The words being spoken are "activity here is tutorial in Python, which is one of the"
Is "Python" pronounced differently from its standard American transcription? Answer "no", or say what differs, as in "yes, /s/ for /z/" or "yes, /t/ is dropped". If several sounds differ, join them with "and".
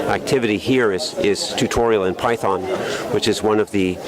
no